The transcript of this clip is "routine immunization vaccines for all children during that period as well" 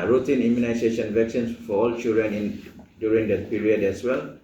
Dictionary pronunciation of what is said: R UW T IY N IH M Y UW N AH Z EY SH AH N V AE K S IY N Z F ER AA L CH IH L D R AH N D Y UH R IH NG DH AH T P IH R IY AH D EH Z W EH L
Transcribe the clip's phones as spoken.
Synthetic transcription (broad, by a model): R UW T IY N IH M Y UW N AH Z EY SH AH N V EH K S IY N S F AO AA L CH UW D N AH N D Y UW R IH NG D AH T P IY R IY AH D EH S W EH L